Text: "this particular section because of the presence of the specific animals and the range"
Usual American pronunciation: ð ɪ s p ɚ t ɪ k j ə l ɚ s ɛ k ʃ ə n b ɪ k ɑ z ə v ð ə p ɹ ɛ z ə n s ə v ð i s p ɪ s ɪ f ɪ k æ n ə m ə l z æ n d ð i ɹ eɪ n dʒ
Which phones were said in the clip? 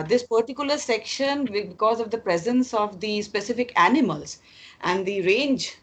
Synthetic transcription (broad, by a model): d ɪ s p ɚ t ɪ k j ə l ɚ s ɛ k ʃ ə n b ɪ k ɑ z ə v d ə p ɹ ɛ z ə n s ə v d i s p ɪ s ɪ f ɪ k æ n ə m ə l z æ n d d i ɹ eɪ n dʒ